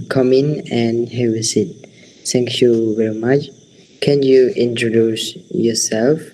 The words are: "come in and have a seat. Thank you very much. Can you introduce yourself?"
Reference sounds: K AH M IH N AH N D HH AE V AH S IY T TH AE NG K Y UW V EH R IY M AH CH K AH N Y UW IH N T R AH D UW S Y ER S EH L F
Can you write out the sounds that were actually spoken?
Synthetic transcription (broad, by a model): K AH M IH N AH N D HH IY W AH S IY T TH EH NG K Y UW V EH R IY M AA CH K AH N Y UW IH N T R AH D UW S Y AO S EH L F